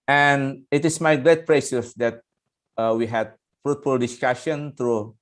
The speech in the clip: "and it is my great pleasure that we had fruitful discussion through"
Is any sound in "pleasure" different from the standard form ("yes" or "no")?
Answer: yes